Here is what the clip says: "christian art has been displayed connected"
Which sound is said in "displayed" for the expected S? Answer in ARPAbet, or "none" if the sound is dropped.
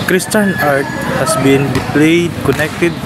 none